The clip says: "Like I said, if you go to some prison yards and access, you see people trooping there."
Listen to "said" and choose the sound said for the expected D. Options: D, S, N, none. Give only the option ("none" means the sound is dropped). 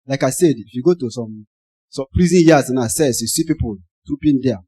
D